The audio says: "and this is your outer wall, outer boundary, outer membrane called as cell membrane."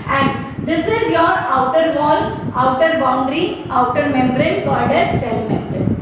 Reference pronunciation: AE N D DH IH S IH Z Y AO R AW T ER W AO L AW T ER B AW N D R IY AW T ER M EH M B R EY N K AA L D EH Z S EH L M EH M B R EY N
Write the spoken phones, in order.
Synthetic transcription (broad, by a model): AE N D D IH S IH Z Y AO R AW T ER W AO L AW T ER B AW N D R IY AW T ER M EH M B R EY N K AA D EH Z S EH L M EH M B R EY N